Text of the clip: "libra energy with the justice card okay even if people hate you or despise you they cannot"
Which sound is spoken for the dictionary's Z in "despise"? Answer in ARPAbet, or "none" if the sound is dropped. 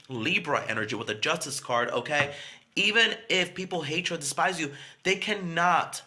Z